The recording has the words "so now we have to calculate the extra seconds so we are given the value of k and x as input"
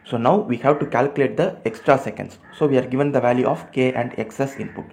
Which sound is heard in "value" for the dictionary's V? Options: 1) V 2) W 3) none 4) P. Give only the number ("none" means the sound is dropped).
1